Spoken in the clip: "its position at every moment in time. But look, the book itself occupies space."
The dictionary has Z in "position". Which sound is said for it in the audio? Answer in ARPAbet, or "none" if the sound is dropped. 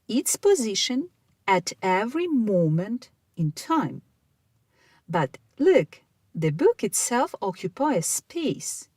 Z